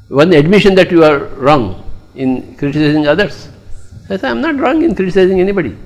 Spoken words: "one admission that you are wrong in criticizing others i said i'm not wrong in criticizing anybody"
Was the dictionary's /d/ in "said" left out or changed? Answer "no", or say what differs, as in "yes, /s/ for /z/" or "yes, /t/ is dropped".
yes, /d/ is dropped